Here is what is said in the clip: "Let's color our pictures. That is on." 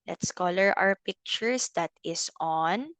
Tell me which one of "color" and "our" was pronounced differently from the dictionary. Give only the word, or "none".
our